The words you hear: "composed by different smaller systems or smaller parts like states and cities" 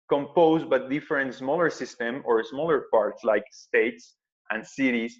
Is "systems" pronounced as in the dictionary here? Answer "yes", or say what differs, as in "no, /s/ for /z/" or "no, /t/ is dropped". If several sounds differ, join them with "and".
no, /z/ is dropped